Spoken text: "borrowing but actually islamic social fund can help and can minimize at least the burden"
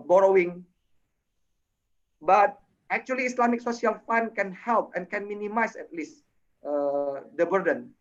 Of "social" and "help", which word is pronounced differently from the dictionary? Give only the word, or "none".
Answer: social